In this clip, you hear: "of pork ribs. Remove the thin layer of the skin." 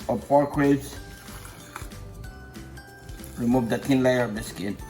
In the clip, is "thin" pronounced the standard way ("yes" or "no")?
no